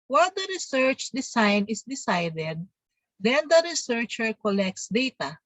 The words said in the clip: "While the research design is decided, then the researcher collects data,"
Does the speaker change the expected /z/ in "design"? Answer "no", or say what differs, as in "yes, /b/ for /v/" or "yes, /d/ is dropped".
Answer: yes, /s/ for /z/